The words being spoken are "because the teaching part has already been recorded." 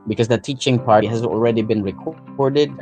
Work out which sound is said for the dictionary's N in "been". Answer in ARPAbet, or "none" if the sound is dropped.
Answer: N